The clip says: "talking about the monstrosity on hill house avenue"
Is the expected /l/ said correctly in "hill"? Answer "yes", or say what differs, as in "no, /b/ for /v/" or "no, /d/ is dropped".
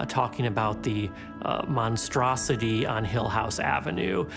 yes